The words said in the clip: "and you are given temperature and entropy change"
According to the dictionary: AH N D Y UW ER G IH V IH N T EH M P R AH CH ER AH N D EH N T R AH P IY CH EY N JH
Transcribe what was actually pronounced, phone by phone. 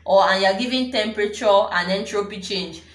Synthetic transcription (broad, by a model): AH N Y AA G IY V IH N T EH M P R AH CH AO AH N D EH N T R AH P IY CH EY N JH